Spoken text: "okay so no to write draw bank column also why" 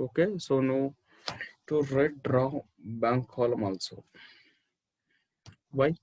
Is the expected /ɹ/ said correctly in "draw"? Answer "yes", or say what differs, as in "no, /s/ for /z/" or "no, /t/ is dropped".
yes